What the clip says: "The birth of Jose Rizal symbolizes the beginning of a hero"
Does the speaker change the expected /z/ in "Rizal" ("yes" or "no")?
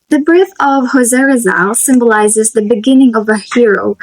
no